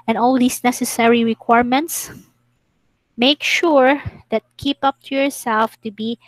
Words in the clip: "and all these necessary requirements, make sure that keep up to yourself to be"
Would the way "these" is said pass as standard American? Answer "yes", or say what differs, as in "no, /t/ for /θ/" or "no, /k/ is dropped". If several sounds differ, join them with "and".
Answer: no, /s/ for /z/